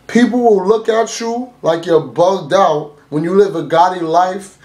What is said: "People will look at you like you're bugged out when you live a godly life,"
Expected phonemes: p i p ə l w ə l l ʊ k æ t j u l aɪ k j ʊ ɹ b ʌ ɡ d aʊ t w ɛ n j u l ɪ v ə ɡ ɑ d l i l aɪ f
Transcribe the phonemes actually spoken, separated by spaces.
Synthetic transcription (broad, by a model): p i p l w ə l l ʊ k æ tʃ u l aɪ k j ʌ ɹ b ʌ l d aʊ t w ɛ n j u l ɪ v ə ɡ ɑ d i l aɪ f